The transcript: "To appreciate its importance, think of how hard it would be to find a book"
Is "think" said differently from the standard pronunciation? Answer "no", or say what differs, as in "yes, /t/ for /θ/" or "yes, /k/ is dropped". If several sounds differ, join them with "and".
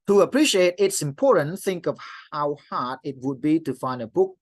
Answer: no